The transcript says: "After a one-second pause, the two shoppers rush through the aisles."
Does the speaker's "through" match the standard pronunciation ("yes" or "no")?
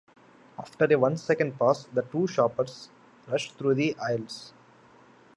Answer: no